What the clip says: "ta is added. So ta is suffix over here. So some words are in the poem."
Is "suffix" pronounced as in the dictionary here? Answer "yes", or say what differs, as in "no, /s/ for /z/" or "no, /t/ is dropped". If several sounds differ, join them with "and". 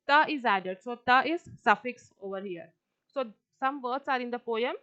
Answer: yes